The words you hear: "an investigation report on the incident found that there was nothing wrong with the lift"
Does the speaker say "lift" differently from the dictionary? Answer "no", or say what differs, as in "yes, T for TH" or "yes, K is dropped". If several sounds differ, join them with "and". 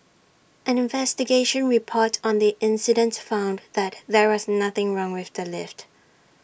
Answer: no